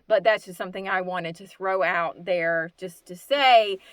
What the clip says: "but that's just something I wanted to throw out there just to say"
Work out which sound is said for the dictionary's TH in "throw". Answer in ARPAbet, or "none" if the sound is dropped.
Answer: TH